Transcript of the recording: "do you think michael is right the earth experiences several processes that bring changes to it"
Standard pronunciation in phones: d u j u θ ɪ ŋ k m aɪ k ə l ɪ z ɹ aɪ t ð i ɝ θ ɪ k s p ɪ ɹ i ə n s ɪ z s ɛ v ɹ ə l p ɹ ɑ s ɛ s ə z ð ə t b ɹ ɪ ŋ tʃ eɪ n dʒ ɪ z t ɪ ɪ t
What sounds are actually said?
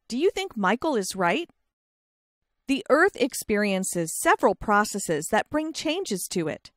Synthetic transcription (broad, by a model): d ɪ j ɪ θ ɪ ŋ k m aɪ k l ɪ z ɹ aɪ t ð i ɝ θ ɪ k s p ɪ ɹ i ə n s ɪ z s ɛ v ɹ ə l p ɹ ɑ s ɛ s ə z ð ə t b ɹ ɪ ŋ tʃ eɪ n dʒ ɪ z t ɪ ɪ t